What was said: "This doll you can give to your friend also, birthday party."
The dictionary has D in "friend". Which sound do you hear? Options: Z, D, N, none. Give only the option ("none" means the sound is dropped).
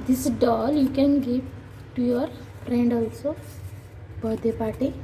D